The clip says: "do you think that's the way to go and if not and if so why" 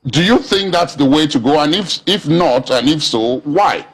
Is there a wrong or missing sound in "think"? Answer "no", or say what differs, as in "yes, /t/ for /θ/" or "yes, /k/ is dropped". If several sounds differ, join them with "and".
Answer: no